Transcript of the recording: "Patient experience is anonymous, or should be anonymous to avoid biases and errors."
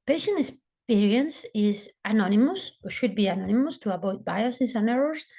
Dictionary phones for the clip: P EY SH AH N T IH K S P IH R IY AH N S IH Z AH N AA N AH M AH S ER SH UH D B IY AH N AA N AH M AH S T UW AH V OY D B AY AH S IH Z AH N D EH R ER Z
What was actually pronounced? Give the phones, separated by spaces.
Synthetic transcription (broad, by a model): P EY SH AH N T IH K S P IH R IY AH N S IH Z AH N AA N AH M AH S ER SH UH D B IY AH N AA N AH M AH S T UW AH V OY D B AY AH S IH S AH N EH R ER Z